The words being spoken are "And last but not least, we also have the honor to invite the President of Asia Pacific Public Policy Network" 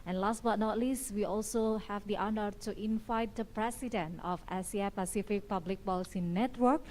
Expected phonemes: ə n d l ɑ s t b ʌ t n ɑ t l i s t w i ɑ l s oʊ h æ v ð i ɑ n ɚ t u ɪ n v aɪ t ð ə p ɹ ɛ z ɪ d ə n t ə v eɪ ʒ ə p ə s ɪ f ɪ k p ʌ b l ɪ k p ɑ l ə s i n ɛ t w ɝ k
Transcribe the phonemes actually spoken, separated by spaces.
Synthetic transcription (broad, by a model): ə n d l ɑ s t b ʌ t n ɑ t l i s t w i ɑ l s oʊ h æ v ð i ɑ n ɚ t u ɪ n v aɪ t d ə p ɹ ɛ s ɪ d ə n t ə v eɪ s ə p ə s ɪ f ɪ k p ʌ b l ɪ k b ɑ l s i n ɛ t w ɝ k